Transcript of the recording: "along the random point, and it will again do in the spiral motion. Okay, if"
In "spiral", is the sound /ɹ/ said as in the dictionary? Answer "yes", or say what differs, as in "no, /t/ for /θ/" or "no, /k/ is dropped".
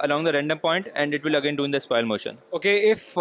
no, /ɹ/ is dropped